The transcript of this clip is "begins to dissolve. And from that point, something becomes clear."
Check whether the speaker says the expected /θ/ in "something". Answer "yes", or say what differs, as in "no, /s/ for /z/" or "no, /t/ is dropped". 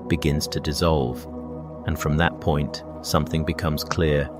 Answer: yes